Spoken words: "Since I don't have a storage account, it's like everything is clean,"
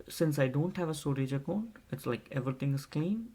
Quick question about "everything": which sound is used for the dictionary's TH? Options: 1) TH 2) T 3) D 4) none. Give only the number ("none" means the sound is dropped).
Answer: 2